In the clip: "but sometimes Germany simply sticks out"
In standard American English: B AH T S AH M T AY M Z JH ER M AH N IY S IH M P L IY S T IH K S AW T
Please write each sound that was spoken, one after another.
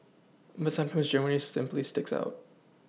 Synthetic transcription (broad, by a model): B AH T S AH M T AY M Z JH ER M AH N IY S IH M P L IY S T IH K S AW T